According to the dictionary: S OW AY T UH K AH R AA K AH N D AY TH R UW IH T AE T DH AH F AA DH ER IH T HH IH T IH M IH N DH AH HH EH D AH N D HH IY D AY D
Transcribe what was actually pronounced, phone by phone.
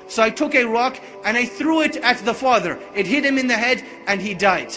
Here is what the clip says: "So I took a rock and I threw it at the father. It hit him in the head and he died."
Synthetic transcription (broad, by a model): S OW AY T UH K AH R AA K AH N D AY TH R UW IH T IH T DH AH F AA DH ER IH T HH IH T IH M IH N DH AH HH EH D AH N IY D AY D